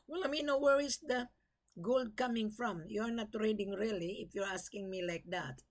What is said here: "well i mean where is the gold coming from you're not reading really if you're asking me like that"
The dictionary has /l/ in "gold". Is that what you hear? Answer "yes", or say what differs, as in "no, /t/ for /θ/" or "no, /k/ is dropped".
yes